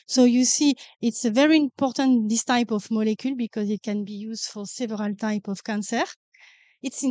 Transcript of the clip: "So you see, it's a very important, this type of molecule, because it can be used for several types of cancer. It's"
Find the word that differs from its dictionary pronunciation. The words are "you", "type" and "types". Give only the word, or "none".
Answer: types